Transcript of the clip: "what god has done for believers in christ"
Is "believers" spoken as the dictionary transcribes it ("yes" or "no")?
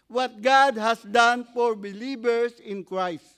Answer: no